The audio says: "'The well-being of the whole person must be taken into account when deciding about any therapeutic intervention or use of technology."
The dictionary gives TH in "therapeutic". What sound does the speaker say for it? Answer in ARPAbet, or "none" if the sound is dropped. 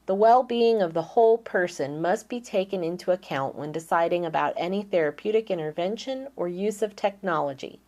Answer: TH